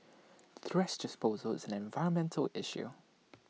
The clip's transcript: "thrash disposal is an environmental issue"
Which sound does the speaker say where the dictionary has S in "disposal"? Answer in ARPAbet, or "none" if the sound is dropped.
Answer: S